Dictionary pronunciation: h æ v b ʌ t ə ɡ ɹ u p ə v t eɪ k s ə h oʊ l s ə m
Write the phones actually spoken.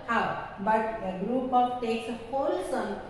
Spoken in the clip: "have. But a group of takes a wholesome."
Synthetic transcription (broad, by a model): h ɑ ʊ b ʌ t ə ɡ ɹ u p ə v t eɪ k s ə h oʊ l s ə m